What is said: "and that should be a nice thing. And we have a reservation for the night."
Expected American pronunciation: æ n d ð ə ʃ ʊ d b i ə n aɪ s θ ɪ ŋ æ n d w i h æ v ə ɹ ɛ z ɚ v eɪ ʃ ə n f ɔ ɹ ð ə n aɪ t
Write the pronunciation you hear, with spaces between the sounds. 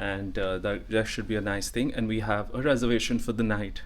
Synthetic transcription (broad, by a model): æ n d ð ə ʃ ʊ d b i ə n aɪ s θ ɪ ŋ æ n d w i h æ v ə ɹ ɛ z ɚ v eɪ ʃ ə n f ɔ ɹ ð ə n aɪ t